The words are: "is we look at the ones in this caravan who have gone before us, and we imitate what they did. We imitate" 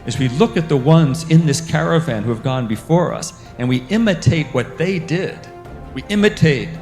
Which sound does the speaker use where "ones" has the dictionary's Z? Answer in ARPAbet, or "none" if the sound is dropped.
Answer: Z